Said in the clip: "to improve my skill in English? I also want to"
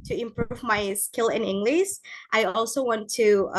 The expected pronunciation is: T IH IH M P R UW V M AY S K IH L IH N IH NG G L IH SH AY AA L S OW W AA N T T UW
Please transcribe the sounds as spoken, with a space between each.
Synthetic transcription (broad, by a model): T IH IH M P R UW V M AY S K IH L IH N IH NG G L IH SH AY AA L S OW W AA N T T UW